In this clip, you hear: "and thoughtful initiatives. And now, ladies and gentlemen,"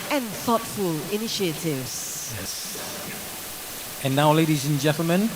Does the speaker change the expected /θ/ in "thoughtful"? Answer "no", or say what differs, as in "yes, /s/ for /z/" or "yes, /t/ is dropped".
no